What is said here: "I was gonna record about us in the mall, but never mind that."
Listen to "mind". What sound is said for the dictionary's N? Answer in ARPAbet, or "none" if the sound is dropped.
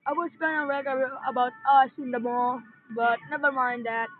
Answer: N